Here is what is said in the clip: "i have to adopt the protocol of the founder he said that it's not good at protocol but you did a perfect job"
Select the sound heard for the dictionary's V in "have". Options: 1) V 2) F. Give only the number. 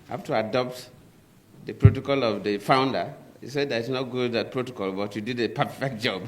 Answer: 2